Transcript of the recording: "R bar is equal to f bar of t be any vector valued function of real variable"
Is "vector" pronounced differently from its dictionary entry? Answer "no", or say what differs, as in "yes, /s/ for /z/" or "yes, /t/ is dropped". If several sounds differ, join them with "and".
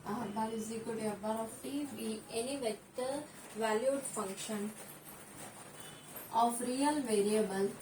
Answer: yes, /k/ is dropped